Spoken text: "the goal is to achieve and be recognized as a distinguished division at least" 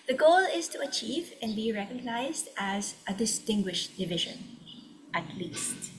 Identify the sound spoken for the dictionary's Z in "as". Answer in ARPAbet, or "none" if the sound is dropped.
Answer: Z